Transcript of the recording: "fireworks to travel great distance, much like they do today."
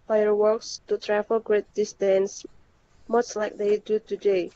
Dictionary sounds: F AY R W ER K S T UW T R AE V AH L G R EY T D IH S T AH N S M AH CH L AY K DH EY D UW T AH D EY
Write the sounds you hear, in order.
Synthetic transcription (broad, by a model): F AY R W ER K S T UW T R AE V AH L G R EY T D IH S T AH N S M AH S L AY K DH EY D UW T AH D EY